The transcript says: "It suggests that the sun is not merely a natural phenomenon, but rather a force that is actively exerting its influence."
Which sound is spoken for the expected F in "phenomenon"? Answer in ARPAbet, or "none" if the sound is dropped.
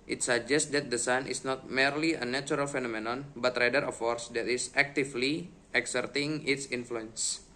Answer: F